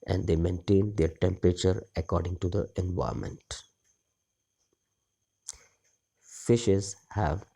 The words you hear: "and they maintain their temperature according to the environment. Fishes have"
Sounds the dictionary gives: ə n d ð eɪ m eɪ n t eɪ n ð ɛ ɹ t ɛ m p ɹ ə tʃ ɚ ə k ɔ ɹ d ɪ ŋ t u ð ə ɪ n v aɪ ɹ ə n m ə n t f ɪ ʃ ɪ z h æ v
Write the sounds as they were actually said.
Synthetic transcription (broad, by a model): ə n d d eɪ m eɪ n t eɪ n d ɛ ɹ t ɛ m p ɹ ə tʃ ɚ ə k ɔ ɹ d ɪ ŋ t u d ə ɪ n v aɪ ə m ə n t f ɪ ʃ ɪ z h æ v